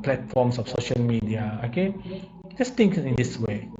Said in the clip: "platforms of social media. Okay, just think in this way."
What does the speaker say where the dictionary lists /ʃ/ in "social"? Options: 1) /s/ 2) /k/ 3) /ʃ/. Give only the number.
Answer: 3